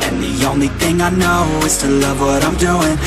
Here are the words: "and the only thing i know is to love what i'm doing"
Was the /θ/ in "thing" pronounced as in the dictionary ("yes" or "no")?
yes